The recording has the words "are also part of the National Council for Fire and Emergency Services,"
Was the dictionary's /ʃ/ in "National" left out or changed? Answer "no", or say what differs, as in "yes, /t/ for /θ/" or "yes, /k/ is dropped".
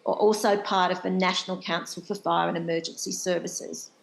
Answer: no